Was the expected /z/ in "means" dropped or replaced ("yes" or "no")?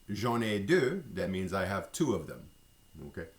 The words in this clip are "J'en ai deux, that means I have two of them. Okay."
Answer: no